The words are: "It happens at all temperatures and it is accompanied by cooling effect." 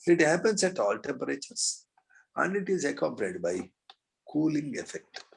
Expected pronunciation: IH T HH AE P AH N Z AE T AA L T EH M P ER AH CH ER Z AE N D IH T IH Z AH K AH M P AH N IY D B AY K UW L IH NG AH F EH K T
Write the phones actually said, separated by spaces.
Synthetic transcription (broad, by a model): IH T HH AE P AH N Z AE T AA L T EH M P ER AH CH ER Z AE N D IH T IH Z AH K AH P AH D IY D B AY K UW L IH NG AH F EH K T